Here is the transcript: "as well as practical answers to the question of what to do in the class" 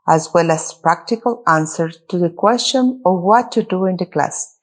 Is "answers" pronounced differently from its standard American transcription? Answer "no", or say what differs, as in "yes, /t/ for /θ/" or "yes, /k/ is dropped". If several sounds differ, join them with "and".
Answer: yes, /z/ is dropped